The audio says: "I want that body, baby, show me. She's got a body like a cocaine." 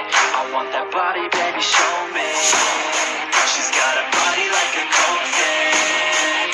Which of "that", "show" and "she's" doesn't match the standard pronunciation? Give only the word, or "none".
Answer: none